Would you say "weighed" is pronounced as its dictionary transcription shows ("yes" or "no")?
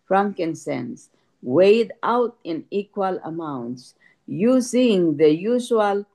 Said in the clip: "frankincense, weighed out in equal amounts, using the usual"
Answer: yes